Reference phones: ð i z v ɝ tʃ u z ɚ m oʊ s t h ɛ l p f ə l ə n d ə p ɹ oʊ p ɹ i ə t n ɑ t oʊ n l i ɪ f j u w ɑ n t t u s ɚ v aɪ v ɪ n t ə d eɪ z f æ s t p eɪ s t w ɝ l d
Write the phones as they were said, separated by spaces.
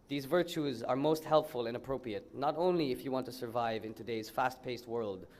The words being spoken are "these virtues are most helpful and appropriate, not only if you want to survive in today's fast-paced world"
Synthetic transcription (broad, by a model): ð i z v ɝ tʃ u z ɚ m oʊ s t h ɛ l p f ə l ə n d ə p ɹ oʊ p ɹ i ə t n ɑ t oʊ n l i ɪ f j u w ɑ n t t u s ɚ v aɪ v ɪ n t ə d eɪ z f æ s t p eɪ s t w ɝ l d